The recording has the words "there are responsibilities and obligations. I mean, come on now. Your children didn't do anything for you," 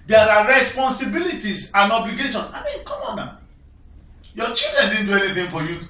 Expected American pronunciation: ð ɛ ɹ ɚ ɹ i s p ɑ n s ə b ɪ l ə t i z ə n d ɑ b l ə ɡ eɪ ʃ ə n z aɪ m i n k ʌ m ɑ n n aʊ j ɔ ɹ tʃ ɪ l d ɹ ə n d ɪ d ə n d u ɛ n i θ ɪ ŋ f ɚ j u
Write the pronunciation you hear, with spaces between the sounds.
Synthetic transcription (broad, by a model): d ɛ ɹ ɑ ɹ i s p ɑ n s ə b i l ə t i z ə n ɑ b l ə ɡ eɪ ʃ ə n aɪ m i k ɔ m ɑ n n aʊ j ɔ tʃ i l d ɹ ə n d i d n d u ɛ n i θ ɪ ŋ f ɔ j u